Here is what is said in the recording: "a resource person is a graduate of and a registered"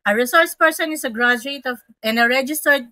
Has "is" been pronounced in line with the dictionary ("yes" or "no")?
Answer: no